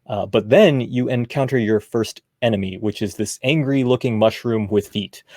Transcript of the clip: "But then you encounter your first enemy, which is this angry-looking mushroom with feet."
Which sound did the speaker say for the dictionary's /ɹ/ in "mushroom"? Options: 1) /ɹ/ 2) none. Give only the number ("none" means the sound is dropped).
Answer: 1